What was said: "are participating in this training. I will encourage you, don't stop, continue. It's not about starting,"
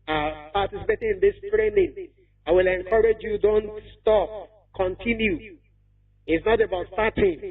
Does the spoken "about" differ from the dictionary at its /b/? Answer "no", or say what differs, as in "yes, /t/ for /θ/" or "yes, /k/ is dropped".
no